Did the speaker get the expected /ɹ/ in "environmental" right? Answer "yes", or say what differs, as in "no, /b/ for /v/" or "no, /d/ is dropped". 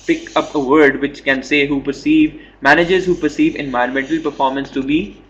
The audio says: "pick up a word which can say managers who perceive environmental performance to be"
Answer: no, /ɹ/ is dropped